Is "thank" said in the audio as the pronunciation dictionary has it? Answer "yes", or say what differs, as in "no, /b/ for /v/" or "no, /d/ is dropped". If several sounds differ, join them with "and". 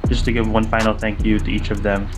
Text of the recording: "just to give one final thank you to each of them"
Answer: yes